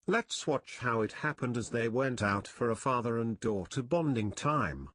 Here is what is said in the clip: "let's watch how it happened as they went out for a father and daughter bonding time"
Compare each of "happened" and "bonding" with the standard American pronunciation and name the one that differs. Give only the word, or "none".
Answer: none